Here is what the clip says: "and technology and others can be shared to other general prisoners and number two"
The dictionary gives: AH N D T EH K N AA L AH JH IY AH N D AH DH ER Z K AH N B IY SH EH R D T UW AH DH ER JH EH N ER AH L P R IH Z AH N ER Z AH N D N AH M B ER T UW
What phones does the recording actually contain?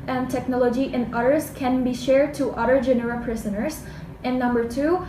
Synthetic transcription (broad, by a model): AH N T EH K N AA L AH JH IY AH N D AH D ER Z K AH N B IY SH EH R D T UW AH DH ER JH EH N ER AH P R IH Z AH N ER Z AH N N AH M B ER T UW